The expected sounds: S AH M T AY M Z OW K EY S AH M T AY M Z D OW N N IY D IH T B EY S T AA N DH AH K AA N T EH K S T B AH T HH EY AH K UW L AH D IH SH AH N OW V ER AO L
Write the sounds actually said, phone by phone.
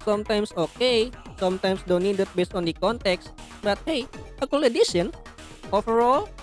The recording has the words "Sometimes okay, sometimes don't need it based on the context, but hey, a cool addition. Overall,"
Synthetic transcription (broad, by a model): S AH M T AY M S OW K EY S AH M T AY M S D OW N N IY D IH T B EY S T AA N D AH K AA N T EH K S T B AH T HH EY AH K UW L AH D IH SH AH N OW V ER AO L